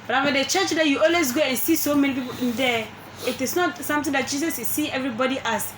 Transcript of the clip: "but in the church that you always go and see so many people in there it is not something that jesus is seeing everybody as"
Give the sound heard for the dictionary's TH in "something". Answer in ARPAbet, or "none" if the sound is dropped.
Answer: T